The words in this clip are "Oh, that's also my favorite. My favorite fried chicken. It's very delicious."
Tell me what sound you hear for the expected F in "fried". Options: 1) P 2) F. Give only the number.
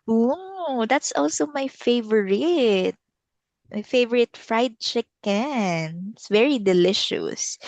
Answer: 2